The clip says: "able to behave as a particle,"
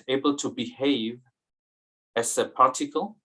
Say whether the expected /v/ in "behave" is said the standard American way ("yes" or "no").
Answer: yes